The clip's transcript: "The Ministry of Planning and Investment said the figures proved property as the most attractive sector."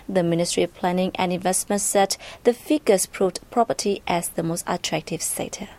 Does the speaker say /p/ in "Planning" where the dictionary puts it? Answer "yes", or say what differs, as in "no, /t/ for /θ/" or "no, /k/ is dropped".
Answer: yes